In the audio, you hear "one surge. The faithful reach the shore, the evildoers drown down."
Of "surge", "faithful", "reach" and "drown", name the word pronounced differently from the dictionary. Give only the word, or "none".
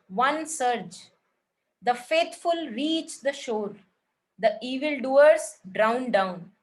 faithful